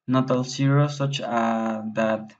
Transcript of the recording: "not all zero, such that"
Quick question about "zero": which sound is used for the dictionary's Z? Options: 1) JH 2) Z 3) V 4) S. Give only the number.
4